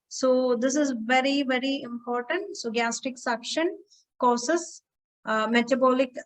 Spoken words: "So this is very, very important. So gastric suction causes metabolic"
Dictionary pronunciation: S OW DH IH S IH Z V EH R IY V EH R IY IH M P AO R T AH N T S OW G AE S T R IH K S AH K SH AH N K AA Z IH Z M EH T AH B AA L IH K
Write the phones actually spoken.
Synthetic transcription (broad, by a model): S OW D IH S IH Z V EH R IY V EH R IY IH M P AO R T AH N T S OW G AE S T IH K S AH K SH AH N K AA S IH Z M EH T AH B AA L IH K